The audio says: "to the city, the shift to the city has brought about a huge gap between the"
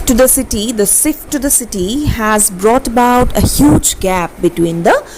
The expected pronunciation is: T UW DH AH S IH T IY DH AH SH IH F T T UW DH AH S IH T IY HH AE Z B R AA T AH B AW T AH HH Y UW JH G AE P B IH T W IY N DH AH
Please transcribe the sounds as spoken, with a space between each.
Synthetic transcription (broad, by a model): T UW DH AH S IH T IY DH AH S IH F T T UW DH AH S IH T IY HH AE Z B R AA T AH B AW T AH HH Y UW JH G AE P B IH T W IY N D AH